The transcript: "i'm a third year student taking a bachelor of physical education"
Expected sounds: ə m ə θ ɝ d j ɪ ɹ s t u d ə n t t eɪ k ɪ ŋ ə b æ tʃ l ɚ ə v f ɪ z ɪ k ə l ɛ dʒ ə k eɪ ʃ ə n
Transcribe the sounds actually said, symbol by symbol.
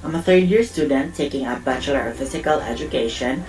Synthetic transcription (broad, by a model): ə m ə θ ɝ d j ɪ ɹ s t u d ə n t t eɪ k ɪ ŋ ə b æ tʃ l ɚ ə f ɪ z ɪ k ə l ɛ dʒ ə k eɪ ʃ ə n